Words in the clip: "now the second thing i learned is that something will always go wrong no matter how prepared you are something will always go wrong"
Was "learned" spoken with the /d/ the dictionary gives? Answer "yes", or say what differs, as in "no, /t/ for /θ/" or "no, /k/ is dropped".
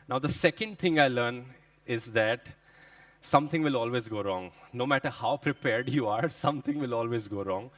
no, /d/ is dropped